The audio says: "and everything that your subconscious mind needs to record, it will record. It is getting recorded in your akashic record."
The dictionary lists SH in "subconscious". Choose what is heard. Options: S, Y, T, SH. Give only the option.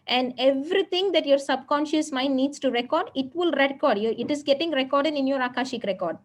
SH